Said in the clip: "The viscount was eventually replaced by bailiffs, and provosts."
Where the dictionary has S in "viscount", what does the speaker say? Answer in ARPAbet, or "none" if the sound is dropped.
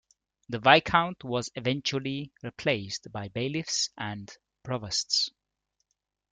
none